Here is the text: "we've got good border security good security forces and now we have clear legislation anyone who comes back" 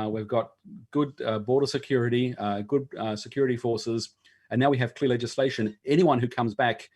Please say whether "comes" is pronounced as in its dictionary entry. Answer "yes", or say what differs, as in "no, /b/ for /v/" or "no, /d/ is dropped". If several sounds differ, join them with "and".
yes